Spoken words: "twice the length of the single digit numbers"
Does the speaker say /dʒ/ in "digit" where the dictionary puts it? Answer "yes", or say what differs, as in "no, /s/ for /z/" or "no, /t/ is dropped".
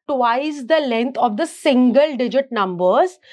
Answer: yes